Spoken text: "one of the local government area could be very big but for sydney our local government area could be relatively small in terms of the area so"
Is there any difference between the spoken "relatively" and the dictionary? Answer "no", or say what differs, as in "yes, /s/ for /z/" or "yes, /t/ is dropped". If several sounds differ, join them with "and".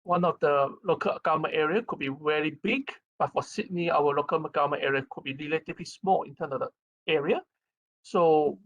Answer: yes, /v/ is dropped